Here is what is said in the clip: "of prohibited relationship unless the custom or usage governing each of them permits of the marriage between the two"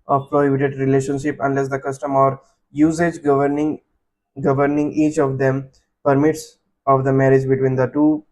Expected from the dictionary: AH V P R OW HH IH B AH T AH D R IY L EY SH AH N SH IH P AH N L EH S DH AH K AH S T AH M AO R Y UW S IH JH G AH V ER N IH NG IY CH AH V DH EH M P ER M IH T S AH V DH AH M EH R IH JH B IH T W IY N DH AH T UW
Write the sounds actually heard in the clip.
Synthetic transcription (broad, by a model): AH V P R OW HH IH B AH T AH D R IY L EY SH AH N SH IH P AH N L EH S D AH K AH S T AH M AO R Y UW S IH JH G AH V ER N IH NG IY CH AH V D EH M P ER M IH T S AH V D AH M EH R IH JH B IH T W IY N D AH T UW